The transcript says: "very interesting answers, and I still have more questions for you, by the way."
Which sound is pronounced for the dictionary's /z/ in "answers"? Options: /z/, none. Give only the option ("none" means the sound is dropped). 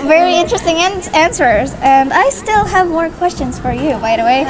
/z/